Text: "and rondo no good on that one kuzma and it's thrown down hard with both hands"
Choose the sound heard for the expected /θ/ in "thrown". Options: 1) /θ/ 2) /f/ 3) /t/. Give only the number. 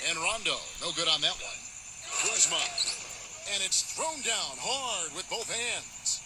1